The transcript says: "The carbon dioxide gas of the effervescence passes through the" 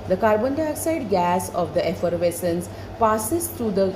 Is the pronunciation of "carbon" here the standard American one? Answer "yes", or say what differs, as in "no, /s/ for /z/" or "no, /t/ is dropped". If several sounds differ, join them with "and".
yes